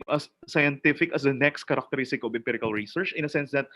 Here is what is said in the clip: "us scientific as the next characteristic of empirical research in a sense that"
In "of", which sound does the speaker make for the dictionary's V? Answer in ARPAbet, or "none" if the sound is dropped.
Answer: B